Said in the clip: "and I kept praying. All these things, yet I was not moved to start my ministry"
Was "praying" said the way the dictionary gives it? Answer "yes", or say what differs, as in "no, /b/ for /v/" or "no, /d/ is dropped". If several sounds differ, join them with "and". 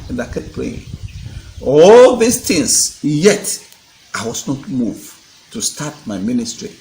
no, /l/ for /ɹ/